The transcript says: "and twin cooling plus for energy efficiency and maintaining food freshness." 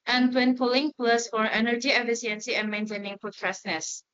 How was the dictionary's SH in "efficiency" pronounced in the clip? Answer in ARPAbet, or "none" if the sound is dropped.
S